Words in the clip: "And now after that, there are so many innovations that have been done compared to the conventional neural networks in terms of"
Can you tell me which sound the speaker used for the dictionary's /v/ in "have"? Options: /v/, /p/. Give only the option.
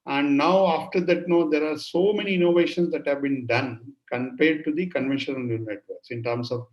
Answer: /v/